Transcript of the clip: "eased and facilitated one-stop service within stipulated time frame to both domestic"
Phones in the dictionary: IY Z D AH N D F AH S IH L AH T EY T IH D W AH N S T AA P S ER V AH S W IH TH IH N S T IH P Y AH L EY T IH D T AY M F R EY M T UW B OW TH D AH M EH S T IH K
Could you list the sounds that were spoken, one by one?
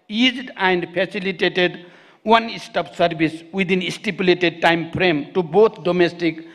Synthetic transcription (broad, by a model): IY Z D AH N D P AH S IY L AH T EY T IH D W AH N S T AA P S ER B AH S W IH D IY N S T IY P Y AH L EY T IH D T AY M P R EY M T UW B OW T D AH M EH S T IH K